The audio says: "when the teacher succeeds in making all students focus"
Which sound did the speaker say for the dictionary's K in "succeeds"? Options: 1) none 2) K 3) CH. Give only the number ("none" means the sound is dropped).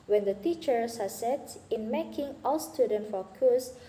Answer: 1